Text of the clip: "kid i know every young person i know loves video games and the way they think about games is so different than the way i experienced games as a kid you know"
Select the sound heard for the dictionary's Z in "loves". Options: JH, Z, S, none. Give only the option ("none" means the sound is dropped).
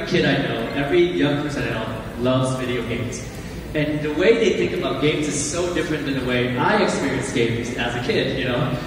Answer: Z